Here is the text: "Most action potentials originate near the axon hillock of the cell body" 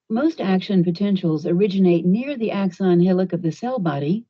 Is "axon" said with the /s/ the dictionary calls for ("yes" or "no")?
yes